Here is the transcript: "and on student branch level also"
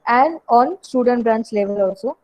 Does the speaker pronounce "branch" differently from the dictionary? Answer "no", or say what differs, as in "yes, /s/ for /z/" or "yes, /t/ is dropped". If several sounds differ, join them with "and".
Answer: yes, /s/ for /tʃ/